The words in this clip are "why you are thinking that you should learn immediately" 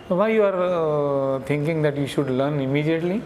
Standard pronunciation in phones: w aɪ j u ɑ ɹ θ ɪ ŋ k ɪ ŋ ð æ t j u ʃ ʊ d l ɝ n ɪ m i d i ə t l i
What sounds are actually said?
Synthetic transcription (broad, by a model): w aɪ j u ɑ ɹ t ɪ ŋ k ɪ ŋ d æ t j u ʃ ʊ d l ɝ n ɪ m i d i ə t l i